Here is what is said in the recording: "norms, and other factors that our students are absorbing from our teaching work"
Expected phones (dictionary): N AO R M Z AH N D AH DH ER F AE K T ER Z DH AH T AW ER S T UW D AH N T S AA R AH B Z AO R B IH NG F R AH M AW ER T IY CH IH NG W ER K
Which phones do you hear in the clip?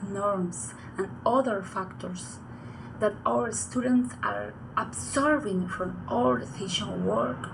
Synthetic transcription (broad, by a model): N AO R M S AH N D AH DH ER F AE K T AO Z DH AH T AW ER S T UW D AH N T S AA R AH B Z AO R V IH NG F R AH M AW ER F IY SH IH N W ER K